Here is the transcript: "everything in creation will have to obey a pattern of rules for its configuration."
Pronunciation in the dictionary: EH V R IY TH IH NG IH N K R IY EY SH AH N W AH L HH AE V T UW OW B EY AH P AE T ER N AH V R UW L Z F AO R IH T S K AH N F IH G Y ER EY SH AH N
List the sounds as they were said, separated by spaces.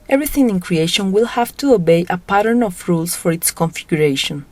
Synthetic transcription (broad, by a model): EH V R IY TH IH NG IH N K R IY EY SH AH N W AH L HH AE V T UW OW B EY AH P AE T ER N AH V R UW L S F AO R IH T S K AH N F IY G Y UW EY SH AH N